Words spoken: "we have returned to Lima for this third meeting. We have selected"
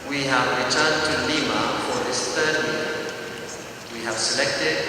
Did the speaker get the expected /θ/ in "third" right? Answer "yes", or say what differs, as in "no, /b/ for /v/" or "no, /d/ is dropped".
no, /t/ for /θ/